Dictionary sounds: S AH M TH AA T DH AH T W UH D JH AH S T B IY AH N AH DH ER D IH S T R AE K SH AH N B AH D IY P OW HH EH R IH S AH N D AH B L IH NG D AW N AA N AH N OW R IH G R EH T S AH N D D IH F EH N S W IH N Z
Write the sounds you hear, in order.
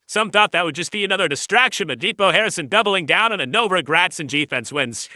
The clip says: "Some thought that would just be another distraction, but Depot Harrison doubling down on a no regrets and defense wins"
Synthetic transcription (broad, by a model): S AH M TH AA T DH AH T W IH D JH AH S T B IY AH N AH DH ER D IH S T R AE K SH AH N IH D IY B OW HH EH R IH S AH N D AH B L IH NG D AW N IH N AH N OW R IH G R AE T S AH N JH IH F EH N S W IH N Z